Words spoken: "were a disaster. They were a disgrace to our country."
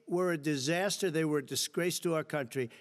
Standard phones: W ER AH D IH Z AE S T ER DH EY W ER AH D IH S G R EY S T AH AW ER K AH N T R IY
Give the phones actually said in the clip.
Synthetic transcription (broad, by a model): W ER AH D IH Z AE S T ER DH EY W ER D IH S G R EY S T AH AW ER K AH N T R IY